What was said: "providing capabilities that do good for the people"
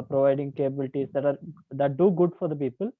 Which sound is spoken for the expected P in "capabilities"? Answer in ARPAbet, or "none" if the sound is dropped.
B